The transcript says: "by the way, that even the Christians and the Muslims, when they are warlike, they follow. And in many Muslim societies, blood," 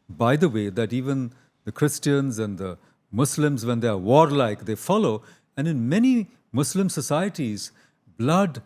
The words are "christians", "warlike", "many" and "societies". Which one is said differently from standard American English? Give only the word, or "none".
none